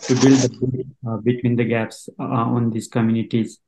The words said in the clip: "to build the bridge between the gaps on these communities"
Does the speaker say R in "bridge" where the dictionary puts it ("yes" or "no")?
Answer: no